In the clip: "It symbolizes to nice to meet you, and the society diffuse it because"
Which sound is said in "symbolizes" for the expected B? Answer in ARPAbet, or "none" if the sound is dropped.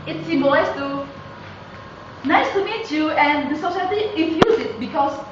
none